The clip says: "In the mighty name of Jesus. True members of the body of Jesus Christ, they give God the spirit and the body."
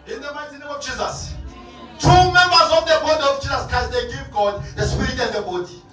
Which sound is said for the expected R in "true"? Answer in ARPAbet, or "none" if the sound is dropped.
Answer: none